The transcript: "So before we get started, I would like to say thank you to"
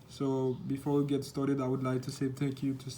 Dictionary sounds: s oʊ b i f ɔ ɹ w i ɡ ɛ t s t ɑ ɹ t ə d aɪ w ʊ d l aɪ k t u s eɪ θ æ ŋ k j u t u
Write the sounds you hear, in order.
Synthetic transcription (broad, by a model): s oʊ b i f ɔ ɹ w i ɡ ɛ t s t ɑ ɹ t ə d aɪ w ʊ d l aɪ k t u s eɪ t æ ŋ k j u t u